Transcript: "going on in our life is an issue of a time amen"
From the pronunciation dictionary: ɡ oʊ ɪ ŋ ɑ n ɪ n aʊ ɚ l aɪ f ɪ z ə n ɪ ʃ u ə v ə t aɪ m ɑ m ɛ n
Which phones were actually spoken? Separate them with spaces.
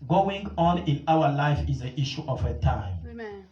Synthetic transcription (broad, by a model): ɡ oʊ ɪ ŋ ɑ n ɪ n aʊ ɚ l aɪ f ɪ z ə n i ʃ u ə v ə t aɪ ɑ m